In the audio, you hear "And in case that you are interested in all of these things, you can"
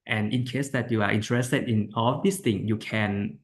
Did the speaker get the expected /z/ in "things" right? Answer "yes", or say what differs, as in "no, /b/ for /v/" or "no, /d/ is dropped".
no, /z/ is dropped